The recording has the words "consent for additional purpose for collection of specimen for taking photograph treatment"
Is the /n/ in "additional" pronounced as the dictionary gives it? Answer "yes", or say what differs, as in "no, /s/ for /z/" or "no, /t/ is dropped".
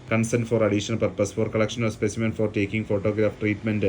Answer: no, /n/ is dropped